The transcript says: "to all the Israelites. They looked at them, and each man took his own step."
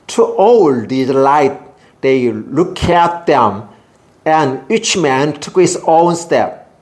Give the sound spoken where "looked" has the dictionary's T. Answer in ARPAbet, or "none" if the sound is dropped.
none